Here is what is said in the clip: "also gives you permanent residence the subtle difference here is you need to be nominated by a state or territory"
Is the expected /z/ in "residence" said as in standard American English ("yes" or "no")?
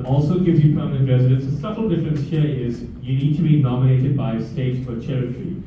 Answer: yes